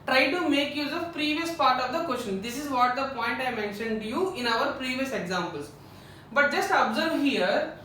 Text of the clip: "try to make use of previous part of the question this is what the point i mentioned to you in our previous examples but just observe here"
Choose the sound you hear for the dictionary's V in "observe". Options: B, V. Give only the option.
V